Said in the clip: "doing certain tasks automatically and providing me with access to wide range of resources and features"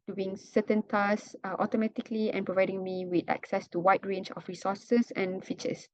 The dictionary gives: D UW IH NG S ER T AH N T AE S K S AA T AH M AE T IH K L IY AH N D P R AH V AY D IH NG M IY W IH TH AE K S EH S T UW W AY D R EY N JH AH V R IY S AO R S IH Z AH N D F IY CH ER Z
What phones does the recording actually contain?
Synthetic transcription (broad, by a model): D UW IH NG S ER T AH N T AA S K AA T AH M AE T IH K L IY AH N P R AH V AY D IH NG M IY W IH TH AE K S EH S T UW W AY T R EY N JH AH F R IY S AO S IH S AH N F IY CH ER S